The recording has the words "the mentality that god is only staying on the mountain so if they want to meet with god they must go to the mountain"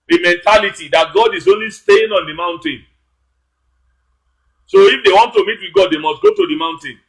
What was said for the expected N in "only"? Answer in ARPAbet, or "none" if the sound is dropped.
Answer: N